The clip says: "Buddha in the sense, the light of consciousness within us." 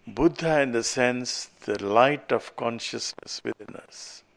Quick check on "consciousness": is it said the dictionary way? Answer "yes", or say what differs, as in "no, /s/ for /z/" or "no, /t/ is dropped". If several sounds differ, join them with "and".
yes